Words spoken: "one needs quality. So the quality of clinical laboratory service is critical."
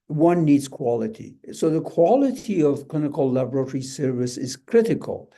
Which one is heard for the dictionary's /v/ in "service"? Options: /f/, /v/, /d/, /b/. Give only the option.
/v/